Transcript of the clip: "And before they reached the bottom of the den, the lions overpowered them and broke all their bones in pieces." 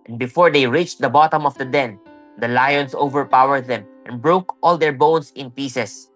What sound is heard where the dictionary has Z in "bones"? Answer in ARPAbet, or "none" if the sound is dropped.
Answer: S